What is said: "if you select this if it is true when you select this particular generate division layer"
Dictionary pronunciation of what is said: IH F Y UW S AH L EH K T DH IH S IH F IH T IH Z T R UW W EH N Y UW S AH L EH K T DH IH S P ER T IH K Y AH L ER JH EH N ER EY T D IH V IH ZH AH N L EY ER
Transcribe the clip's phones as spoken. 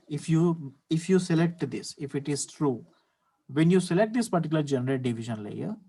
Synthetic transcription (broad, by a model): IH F Y UW S AH L EH K T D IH S IH F IH T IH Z T R UW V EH N Y UW S AH L EH K T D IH S P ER T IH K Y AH L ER JH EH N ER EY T D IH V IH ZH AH N L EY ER